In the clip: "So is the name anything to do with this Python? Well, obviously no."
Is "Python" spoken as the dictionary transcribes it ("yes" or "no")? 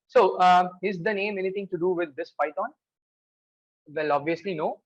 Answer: no